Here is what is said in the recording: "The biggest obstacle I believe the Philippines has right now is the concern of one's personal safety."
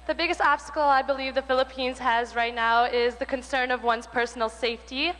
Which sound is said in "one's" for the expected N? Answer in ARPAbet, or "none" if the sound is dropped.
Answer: N